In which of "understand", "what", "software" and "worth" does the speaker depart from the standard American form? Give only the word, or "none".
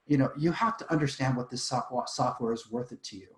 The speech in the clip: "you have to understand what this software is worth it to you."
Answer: none